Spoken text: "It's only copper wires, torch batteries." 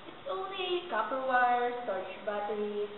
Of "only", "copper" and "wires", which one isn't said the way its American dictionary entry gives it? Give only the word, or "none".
wires